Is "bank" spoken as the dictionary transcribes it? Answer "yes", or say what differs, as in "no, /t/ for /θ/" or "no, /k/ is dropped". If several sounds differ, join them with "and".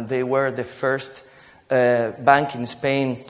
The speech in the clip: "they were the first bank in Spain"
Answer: yes